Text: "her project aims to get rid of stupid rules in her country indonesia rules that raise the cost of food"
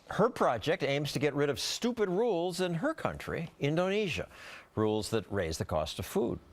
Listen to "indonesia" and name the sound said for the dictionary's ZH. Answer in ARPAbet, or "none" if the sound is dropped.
ZH